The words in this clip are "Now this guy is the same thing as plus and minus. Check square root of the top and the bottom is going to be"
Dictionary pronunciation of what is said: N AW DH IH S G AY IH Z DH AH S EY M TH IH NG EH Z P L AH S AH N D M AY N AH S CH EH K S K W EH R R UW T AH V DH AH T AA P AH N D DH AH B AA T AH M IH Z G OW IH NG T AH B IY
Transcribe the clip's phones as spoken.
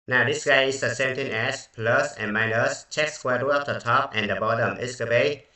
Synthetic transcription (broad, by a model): N AW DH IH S G AY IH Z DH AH S EY M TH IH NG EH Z P L AH S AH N M AY N AH S CH EH K S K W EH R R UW AH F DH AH T AA P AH N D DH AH B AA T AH M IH S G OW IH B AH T